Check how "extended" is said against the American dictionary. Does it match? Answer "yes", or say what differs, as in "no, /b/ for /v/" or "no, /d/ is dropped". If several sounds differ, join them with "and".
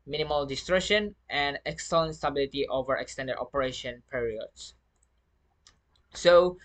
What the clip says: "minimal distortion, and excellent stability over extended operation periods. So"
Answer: yes